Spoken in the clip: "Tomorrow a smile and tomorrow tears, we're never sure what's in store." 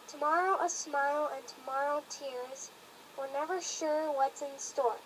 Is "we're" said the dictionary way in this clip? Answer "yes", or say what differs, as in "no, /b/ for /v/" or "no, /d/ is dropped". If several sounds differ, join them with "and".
no, /l/ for /ɹ/